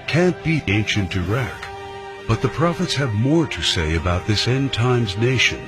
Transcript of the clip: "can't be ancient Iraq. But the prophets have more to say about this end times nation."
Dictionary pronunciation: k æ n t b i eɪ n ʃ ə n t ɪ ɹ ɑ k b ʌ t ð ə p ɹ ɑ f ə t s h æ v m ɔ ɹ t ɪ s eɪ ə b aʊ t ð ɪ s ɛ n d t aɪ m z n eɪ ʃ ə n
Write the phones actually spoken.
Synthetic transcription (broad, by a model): k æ n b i eɪ n ʃ ə n t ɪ ɹ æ k b ʌ t ð ə p ɹ ɑ f ə t s h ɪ v m ɔ ɹ t ɪ s eɪ ə b aʊ t ð ɪ s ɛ n t aɪ m z n eɪ ʃ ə n